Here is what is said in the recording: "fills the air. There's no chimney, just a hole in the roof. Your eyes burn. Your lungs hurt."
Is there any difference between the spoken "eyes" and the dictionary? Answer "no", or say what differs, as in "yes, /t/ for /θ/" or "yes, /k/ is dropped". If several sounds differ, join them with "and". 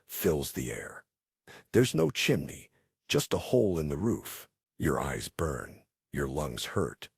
no